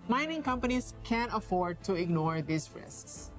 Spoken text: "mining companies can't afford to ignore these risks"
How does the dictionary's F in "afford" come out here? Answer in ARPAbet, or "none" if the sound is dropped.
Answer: F